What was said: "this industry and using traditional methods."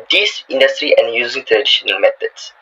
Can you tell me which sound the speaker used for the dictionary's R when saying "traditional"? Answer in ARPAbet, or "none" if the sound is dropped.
L